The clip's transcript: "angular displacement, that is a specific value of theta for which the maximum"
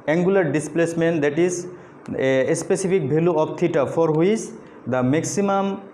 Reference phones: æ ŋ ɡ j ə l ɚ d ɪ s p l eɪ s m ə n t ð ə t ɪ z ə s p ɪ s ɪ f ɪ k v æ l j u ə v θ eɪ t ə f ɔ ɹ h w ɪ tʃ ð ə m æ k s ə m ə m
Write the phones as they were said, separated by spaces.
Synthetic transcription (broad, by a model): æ ŋ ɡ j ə l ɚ d ɪ s p l eɪ s m ə n t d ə t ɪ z ə s p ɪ s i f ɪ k b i l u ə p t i t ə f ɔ ɹ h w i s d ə m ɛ k s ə m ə m